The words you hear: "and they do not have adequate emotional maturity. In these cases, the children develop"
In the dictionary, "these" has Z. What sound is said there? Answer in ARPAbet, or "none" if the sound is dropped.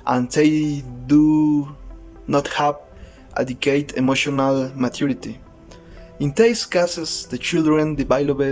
S